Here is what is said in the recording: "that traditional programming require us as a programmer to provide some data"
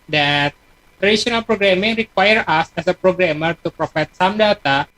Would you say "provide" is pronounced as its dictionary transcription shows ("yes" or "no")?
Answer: no